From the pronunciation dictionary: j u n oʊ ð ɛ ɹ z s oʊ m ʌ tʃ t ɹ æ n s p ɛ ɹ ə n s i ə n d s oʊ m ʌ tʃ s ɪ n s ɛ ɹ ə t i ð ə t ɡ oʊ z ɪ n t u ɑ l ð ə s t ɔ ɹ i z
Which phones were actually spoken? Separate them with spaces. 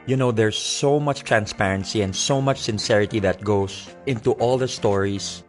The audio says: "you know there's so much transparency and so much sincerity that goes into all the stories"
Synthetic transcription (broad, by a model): j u n oʊ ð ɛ ɹ s oʊ m ʌ tʃ t ɹ æ n s p ɛ ɹ ə n s i ə n d s oʊ m ʌ tʃ s ɪ n s ɛ ɹ ə t i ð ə t ɡ oʊ s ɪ n t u ɑ l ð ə s t ɔ ɹ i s